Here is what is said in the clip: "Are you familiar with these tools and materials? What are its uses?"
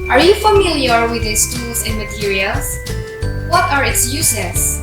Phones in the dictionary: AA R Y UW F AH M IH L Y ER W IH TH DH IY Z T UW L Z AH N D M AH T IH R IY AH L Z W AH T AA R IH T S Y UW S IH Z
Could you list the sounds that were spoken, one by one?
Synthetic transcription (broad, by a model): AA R Y UW F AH M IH L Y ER W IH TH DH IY S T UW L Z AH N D M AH T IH R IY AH L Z W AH T AA R IH T S Y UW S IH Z